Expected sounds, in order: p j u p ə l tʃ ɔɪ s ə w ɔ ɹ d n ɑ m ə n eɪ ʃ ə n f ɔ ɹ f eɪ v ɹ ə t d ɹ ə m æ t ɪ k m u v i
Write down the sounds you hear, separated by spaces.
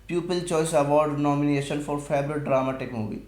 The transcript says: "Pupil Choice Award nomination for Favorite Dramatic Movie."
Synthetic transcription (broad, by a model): p j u p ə l tʃ ɔɪ s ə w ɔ ɹ d n ɑ m ə n eɪ ʃ ə n f ɔ ɹ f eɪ b ɹ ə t d ɹ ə m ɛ t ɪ k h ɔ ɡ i